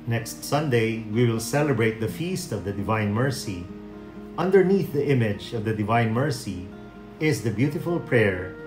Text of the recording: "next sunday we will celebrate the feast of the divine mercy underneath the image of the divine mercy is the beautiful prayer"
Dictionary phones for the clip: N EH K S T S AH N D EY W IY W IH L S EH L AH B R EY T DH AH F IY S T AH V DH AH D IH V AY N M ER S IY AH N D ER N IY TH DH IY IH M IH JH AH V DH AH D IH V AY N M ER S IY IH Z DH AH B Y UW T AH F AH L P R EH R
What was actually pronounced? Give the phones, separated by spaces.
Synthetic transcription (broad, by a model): N EH K S T S AH N D EY W IY W IH L S EH L AH B R EY T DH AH F IY S T AH V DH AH D IH V AY N M ER S IY AH N D ER N IY TH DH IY IH M IH JH AH V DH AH D IH V AY N M ER S IY IH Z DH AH B Y UW T AH F AH L P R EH R